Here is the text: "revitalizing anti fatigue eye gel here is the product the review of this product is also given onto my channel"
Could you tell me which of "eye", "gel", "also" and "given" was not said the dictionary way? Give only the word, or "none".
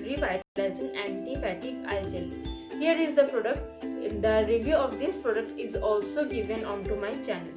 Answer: gel